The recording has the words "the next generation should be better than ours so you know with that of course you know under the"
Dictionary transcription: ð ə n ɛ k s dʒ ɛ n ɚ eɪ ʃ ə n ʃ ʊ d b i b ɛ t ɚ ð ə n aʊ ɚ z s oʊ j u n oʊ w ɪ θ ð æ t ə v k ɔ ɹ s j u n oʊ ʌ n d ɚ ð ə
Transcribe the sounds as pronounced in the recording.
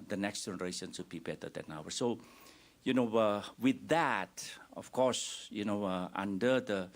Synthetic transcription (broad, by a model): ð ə n ɛ k s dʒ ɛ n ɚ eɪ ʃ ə n s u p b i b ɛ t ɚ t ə n aʊ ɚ s oʊ j u n oʊ w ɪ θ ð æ t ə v k ɔ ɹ s j u n oʊ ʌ n d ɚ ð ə